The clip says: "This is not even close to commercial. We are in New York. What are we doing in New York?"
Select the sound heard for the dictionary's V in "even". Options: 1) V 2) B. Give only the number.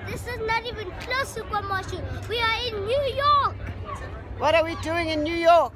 1